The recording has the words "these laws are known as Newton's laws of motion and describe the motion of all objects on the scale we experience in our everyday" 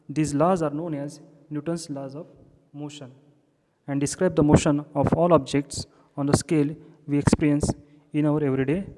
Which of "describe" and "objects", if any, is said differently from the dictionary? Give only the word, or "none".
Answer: none